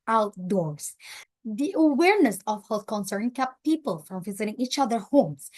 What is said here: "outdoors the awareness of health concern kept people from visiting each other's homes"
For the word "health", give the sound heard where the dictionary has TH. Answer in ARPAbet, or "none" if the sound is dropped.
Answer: T